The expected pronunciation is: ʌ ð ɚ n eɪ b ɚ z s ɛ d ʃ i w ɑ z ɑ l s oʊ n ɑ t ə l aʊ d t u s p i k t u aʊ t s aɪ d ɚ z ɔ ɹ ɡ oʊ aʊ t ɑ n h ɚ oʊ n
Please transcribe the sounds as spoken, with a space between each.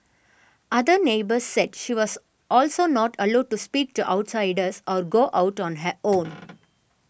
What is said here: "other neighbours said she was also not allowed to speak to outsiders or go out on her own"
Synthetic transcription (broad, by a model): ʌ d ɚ n eɪ b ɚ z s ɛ d ʃ i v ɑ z ɑ l s oʊ n ɑ t ə l aʊ d t u s p i k t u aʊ t s aɪ d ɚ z ɔ ɹ ɡ oʊ aʊ t ɑ n h ɚ oʊ n